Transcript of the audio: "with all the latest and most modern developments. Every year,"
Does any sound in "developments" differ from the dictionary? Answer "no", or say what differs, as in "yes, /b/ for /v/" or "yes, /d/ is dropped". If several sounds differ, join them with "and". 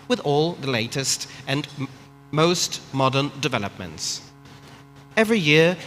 no